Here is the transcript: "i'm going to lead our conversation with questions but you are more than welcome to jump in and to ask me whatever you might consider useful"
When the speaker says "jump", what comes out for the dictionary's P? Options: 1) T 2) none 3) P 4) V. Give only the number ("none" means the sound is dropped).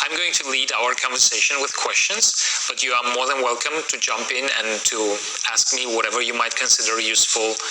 3